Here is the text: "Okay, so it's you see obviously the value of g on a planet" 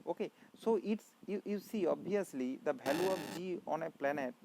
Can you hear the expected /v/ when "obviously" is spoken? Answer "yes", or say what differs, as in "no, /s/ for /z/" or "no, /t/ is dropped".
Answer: no, /v/ is dropped